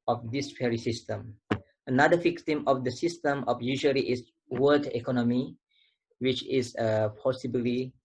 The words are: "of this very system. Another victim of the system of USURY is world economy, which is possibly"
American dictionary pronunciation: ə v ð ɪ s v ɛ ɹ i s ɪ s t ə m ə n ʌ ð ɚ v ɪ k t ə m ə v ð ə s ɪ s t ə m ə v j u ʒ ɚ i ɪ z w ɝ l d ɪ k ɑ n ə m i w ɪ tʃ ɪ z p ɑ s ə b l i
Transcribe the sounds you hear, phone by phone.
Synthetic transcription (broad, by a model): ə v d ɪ s f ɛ ɹ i s ɪ s t ə m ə n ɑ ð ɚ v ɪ k t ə m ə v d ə s ɪ s t ə m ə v j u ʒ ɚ i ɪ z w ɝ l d ɪ k ɑ n ə m i w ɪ tʃ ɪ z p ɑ s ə b l i